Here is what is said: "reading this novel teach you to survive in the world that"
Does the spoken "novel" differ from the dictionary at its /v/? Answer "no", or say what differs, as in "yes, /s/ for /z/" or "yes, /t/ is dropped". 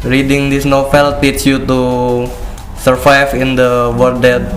yes, /f/ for /v/